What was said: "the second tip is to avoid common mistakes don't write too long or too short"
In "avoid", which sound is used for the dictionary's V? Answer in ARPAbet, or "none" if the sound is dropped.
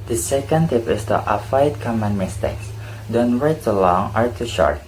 F